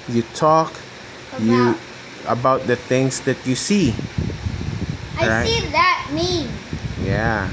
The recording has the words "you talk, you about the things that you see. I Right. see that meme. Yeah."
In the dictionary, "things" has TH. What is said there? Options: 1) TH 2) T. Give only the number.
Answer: 1